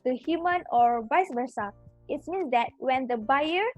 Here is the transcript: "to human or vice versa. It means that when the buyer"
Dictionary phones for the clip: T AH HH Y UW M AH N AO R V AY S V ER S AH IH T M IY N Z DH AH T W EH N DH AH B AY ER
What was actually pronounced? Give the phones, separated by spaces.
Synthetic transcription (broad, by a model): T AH HH Y UW M AH N AO R B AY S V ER S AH IH T M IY N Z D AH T W EH N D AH B AY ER